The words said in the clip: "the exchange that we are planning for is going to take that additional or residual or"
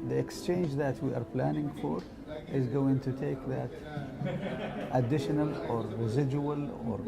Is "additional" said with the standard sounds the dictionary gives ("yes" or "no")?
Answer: yes